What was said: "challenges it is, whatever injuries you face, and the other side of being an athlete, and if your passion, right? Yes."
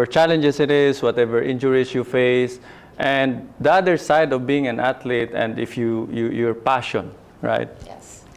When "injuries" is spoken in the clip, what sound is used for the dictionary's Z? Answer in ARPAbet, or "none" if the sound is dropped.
S